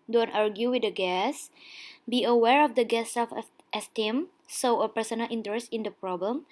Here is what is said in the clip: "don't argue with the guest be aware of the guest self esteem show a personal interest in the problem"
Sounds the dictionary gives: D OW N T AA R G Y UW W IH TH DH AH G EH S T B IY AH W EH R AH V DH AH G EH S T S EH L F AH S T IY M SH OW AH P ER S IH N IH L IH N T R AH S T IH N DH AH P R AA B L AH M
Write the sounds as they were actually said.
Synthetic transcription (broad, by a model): D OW N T AA R G Y UW W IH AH G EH S B IY AH W EH R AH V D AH G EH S S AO F AH S T IY M S OW AH P ER S IH N IH L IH N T R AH S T IH N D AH P R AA B L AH M